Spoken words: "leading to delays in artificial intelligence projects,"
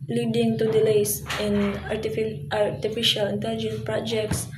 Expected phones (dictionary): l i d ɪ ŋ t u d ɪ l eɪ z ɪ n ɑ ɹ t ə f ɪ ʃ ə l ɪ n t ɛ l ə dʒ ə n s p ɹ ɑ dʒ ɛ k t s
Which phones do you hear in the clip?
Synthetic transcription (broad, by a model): l i d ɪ ŋ t u d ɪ l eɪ s ɪ n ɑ ɹ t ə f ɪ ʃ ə l ɪ n t ɛ l ə dʒ ə n s p ɹ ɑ dʒ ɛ k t s